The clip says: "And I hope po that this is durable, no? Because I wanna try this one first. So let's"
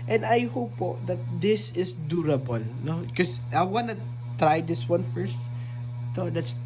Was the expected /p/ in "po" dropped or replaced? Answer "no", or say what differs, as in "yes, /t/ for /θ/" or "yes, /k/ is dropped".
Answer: no